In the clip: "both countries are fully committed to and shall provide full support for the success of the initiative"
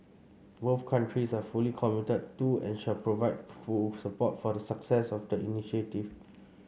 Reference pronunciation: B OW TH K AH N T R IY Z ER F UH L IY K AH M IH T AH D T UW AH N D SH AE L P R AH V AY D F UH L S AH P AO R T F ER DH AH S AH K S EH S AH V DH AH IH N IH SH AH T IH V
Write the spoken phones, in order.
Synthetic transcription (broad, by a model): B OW F K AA N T R IY S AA F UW L IY K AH M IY T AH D T UW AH N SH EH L P R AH V AY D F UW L S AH P AO T F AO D AH S AH K S EH S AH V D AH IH N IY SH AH T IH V